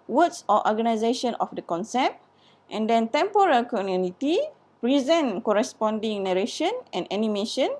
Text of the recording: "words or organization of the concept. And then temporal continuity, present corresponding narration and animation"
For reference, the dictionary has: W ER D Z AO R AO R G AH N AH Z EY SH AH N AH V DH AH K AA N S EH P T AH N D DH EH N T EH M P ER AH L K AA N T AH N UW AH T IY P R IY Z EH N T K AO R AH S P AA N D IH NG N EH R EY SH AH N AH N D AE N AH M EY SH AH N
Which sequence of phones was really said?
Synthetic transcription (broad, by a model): W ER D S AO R AO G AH N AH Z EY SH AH N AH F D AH K AA N S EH P T AH N D EH N T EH M P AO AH L K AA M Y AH N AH T IY P R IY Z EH N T K AO R AH S P AA N D IH NG N EH R EY SH AH N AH N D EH N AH M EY SH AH N